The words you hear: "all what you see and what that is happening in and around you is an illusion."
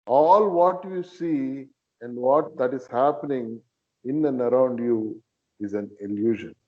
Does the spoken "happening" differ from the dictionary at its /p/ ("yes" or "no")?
no